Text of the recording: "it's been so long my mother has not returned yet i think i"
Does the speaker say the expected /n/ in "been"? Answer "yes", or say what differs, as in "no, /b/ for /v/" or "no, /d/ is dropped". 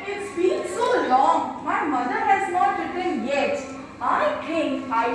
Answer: no, /l/ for /n/